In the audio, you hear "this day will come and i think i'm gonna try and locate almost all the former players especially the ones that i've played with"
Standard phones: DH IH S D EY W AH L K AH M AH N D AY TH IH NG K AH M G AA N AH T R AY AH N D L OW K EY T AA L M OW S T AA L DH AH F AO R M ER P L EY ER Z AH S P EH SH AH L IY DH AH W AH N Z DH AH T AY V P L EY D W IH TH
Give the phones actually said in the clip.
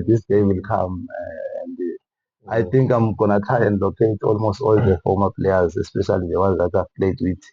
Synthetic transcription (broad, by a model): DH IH S D EY W AH L K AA M AH N D AY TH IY NG K AH M G AA N AH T AY AH N D L OW K EY T AA L M OW S T AA L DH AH F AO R M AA P L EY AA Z AH S P EH SH AH L IY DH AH W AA Z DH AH T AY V P L EY D W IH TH